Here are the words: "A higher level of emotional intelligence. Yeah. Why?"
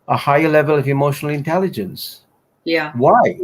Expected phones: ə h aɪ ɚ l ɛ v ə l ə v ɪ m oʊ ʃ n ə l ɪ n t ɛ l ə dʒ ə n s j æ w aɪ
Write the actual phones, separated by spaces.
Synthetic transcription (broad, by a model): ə h aɪ ɚ l ɛ v ə l ə v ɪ m oʊ ʃ n l ɪ n t ɛ l ə dʒ ə n s j æ w aɪ